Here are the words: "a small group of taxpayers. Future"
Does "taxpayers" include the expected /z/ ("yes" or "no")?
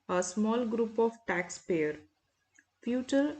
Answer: no